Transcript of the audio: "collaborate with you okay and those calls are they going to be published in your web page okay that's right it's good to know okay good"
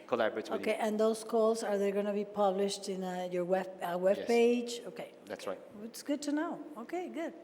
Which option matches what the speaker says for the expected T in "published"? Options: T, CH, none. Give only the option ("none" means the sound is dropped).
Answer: T